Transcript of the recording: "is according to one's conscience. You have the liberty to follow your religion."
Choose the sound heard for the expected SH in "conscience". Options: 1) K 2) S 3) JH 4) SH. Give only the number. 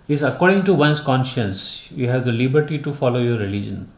4